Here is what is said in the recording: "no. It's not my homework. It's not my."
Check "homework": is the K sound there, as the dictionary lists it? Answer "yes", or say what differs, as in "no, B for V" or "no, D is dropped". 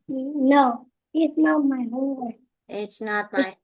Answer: no, K is dropped